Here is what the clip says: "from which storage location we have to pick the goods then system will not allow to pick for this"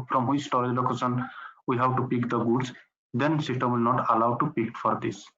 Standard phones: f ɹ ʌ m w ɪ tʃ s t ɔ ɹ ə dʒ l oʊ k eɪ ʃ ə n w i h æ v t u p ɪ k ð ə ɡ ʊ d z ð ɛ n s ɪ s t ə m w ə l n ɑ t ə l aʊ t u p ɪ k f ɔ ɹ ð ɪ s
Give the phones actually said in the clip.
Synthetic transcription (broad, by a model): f ɹ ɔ m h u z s t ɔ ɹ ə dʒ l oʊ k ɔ s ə n w i h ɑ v t u p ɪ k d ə ɡ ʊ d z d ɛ n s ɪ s t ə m w ə l n ɑ t ə l aʊ t u p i k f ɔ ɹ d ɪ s